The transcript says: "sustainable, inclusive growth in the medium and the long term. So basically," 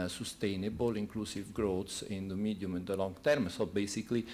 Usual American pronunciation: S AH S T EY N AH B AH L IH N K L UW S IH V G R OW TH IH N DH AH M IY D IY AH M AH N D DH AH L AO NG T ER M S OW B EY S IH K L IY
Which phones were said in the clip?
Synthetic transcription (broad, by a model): S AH S T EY N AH B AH L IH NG K L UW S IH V G R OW S IH N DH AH M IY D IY M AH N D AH L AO NG T ER M S OW B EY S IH K L IY